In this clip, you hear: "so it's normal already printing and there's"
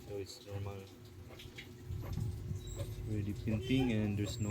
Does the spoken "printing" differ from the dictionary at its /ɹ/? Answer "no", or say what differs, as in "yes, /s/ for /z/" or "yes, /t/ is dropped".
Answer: yes, /ɹ/ is dropped